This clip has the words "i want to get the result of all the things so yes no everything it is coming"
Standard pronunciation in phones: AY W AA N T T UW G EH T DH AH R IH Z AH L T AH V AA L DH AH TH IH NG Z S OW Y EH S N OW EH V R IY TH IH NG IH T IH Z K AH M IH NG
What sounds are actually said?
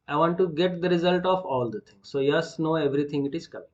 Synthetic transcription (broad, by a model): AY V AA N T T UW G EH T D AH R IH Z AH L T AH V AA L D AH T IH NG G S OW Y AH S N OW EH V R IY T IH NG IH T IH Z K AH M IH